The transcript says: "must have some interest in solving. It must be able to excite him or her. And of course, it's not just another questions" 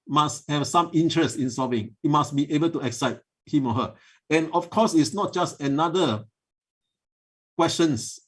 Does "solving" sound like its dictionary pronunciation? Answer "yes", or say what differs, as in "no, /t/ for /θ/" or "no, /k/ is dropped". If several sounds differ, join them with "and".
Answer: no, /l/ is dropped